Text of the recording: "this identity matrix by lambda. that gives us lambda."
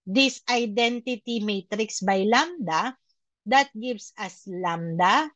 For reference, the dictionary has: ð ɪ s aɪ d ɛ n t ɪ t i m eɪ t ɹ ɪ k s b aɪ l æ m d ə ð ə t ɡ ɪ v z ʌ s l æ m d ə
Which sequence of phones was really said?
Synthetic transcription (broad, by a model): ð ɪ s aɪ d ɛ n t ɪ t i m eɪ t ɹ ɪ k s b aɪ l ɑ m d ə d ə t ɡ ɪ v s ʌ s l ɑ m d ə